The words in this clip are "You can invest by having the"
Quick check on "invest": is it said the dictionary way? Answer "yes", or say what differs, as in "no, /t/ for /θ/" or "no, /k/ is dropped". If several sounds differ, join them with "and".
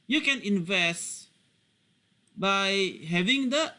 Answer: yes